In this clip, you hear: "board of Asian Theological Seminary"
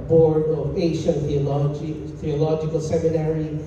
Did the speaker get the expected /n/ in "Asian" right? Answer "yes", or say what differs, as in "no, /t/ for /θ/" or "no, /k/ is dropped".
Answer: no, /l/ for /n/